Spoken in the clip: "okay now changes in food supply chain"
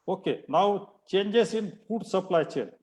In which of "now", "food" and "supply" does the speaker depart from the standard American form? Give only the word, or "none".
food